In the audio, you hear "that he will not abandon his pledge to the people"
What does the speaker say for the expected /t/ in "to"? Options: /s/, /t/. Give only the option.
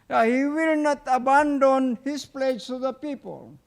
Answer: /s/